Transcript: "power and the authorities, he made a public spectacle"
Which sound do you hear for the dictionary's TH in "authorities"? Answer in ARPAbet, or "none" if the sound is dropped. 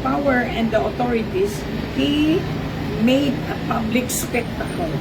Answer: T